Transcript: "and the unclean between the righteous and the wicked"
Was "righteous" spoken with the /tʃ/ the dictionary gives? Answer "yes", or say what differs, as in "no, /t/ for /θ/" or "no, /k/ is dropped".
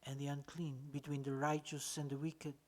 yes